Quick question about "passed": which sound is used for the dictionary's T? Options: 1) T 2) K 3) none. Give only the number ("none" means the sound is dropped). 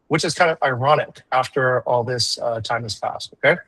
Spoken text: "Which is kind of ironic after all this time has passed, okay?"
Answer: 1